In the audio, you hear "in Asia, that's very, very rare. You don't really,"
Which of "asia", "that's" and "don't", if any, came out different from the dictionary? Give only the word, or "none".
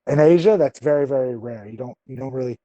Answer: none